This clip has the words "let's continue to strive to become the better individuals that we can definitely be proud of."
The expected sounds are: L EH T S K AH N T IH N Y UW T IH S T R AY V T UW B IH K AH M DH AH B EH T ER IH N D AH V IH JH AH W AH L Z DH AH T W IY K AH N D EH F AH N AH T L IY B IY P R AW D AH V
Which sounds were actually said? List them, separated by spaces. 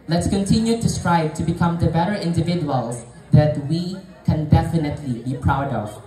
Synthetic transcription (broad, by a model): L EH T S K AH N T IH N Y UW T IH S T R AY B T UW B IH K AH M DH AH B EH T ER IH N D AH V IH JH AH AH L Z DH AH T W IY K AH N D EH F AH N AH T L IY B IY P R AW D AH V